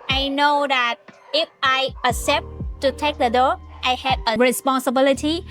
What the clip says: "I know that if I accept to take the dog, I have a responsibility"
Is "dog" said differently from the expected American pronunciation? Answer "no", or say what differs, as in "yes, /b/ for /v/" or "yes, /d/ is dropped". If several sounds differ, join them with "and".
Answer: yes, /ɡ/ is dropped